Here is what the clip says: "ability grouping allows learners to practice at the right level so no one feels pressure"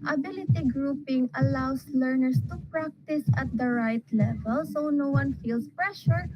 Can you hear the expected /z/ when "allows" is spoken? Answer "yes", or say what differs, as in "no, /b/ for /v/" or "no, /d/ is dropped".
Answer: no, /s/ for /z/